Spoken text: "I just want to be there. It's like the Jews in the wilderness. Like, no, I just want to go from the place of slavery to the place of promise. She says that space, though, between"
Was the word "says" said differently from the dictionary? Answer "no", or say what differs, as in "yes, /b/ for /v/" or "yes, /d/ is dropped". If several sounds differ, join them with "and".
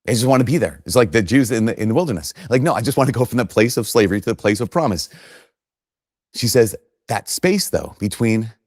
no